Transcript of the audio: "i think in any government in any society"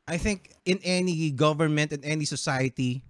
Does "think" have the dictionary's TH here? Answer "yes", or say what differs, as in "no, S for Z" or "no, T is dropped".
yes